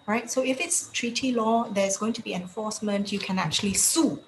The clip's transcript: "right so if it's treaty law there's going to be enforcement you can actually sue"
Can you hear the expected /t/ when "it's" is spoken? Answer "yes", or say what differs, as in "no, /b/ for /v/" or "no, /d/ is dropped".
yes